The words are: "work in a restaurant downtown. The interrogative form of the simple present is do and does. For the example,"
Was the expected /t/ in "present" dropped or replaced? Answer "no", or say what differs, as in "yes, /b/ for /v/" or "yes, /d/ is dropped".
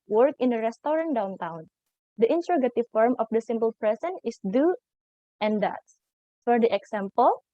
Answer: yes, /t/ is dropped